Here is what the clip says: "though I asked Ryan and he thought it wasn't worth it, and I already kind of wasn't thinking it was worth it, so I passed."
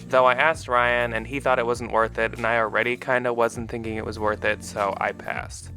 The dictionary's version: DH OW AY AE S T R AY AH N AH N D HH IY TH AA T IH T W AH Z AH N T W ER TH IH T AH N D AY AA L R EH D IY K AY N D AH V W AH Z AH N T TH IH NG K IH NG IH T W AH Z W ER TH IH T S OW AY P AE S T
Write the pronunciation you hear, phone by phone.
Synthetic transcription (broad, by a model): DH OW AY AE S T R AY AH N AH N IY TH AA T IH T W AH Z N T W ER TH IH T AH N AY AA L R EH D IY K AY N D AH W AH Z N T TH IH NG K IH NG IH T W AH Z W ER TH IH T S OW AY P AE S T